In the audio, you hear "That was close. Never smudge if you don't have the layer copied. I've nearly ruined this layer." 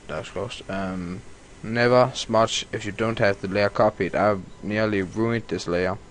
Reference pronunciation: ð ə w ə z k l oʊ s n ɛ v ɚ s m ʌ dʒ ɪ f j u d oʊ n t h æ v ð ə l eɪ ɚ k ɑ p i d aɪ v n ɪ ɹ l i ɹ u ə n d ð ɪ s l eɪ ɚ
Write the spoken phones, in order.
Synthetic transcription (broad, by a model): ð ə s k oʊ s n ɛ v ɚ s m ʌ tʃ ɪ f j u d oʊ n t h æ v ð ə l eɪ ɚ k ɑ p i d aɪ v n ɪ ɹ l i ɹ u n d ð ɪ s l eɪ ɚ